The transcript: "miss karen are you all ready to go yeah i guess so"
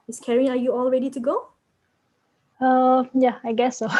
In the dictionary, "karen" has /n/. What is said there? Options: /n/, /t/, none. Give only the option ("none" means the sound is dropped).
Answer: none